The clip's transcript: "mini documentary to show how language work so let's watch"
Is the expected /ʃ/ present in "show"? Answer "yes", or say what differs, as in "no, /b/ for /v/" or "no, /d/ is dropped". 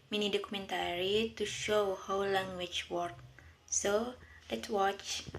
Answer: yes